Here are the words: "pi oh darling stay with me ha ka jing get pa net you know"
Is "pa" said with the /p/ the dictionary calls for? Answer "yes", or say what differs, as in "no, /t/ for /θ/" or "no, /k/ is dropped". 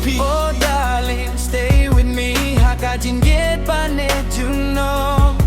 no, /b/ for /p/